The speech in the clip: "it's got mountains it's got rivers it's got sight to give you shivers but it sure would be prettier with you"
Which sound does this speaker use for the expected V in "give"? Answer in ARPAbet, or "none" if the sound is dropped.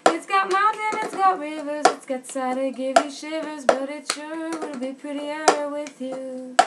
V